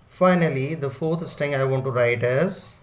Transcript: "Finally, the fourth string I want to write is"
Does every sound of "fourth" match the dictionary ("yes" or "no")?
no